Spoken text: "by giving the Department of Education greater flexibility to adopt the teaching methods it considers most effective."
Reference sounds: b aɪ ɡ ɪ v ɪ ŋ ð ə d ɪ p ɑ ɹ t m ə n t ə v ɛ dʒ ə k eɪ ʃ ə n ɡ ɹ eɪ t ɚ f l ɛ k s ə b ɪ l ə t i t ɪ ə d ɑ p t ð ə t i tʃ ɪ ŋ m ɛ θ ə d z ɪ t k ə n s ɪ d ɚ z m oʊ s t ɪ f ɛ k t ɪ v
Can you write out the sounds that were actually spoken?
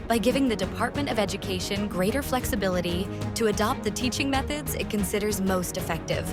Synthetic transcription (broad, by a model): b aɪ ɡ ɪ v ɪ ŋ ð ə d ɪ p ɑ ɹ t m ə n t ə v ɛ dʒ ə k eɪ ʃ ə n ɡ ɹ eɪ t ɚ f l ɛ k s ə b ɪ l ə t i t ɪ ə d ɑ p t ð ə t i tʃ ɪ ŋ m ɛ θ ə d z ɪ t k ə n s ɪ d ɚ z m oʊ s t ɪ f ɛ k t ɪ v